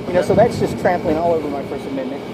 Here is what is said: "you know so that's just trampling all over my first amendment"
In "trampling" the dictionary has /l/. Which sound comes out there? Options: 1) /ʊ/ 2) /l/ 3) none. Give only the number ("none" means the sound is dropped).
2